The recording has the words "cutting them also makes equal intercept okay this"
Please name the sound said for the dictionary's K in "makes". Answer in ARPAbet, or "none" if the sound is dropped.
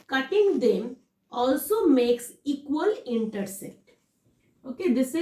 K